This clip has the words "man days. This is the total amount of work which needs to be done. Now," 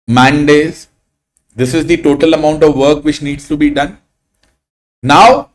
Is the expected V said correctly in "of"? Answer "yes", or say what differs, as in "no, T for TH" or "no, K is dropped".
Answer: yes